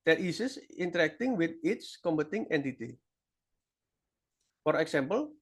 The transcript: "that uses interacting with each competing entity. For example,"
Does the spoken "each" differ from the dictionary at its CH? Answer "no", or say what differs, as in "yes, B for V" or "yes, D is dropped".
yes, S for CH